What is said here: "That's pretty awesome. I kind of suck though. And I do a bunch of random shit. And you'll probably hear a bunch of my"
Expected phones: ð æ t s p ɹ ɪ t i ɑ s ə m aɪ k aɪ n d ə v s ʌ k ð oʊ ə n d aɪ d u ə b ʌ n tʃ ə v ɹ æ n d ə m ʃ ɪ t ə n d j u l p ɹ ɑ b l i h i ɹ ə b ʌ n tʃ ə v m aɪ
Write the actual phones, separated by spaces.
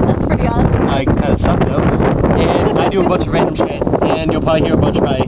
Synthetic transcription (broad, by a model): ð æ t s p ɹ ɪ t i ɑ ə ɪ k aɪ n d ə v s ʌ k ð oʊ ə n aɪ d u ə b ʌ n tʃ ə v ɹ æ n d ə m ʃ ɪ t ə n j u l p ɑ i h i ɹ ə b ʌ n tʃ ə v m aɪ